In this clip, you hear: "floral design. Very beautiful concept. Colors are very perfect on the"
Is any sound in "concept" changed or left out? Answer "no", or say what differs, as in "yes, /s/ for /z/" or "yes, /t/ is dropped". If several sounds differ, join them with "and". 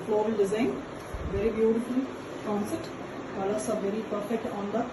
yes, /p/ is dropped